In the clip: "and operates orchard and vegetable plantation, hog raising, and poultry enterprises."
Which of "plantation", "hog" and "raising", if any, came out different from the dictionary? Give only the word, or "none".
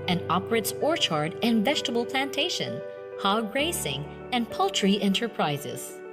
raising